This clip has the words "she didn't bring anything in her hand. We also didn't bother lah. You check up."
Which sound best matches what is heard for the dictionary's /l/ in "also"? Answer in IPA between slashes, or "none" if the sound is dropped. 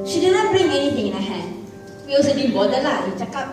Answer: none